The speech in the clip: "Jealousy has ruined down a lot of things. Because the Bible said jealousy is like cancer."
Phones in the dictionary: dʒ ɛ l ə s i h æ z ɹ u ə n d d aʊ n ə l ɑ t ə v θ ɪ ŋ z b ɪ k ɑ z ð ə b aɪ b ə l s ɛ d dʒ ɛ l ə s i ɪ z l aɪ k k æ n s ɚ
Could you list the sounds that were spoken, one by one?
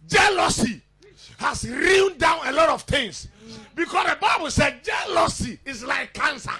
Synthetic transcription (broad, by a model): dʒ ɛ l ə s i h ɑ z ɹ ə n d d aʊ n ə l ɑ t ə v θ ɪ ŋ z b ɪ k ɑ s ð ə b aɪ b ə l s ɛ d dʒ ɛ l ə s i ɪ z l aɪ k k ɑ n s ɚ